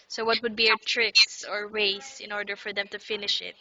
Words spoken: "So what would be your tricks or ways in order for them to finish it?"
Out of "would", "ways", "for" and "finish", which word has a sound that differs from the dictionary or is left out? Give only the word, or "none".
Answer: ways